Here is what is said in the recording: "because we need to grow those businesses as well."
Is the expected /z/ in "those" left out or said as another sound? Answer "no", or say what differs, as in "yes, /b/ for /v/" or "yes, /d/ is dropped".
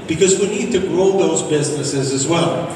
no